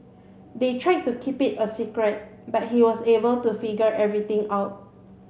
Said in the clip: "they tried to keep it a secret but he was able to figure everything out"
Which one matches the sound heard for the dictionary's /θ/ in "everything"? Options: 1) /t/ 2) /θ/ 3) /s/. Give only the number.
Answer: 1